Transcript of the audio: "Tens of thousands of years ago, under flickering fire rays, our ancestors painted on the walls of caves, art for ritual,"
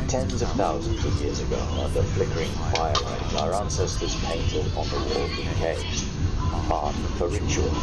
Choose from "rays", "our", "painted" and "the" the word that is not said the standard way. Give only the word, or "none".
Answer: rays